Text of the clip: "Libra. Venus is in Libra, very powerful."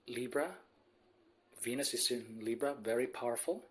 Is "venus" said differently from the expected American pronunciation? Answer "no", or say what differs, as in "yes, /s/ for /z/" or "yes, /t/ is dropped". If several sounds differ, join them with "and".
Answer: no